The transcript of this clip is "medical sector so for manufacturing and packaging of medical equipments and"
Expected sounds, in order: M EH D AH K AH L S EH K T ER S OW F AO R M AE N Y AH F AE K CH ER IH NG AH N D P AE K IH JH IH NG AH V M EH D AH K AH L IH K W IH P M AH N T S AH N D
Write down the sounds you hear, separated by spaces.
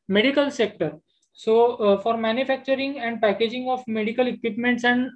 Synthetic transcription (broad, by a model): M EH D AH K AH L S EH K T ER S OW F AO R M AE N Y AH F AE K CH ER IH NG AH N D P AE K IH JH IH NG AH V M EH D AH K AH L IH K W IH P M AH N T S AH N D